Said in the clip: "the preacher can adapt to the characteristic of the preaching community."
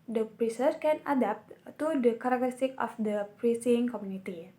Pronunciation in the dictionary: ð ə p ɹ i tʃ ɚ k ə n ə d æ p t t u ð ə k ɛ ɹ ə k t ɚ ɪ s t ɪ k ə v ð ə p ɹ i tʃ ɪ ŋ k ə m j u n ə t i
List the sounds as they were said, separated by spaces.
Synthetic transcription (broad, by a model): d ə p ɹ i s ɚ k ə n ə d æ p t t u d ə k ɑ ɹ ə k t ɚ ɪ s t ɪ k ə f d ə p ɹ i s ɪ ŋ k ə m j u n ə t i